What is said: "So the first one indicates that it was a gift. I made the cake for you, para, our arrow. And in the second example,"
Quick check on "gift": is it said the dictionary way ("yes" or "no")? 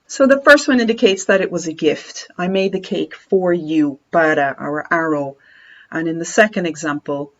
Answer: yes